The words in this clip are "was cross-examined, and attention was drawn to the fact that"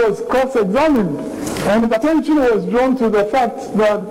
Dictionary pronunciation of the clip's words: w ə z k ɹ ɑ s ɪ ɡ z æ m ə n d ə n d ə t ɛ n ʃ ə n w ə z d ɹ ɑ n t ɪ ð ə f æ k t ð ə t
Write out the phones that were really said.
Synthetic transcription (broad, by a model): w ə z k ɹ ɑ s ɪ ɡ z æ m ə n d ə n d ə t ɛ n ʃ ə n w ə z d ɹ ɑ n t ɪ ð ə f æ k t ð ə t